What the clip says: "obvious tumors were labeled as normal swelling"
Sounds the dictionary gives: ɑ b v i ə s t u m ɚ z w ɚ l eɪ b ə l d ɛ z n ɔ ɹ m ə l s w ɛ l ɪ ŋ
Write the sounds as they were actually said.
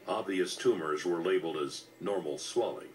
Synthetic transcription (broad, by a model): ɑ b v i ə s t u m ɚ z w ɚ l eɪ b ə l d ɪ z n ɔ ɹ m l s w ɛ l ɪ ŋ